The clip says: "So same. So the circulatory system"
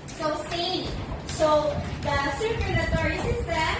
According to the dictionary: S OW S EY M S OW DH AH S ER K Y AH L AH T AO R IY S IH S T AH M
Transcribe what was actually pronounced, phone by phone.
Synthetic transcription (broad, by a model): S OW S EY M S OW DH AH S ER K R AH N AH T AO R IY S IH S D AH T